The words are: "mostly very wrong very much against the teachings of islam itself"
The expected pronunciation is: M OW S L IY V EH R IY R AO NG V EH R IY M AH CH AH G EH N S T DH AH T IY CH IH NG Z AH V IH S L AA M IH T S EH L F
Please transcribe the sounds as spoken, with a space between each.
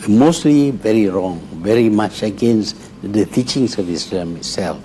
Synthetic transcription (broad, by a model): M OW S L IY V EH R IY R AO NG V EH R IY M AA CH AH G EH N S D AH T IY CH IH NG S AH V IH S AA M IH T S EH L F